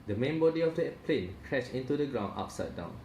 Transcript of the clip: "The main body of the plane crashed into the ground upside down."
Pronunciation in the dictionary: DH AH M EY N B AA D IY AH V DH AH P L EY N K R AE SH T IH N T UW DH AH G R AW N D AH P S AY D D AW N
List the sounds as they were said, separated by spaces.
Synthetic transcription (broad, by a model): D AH M EY N B AA D IY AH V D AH P L EY N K R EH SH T IH N T UW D AH G R AW N AA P S AY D D AW N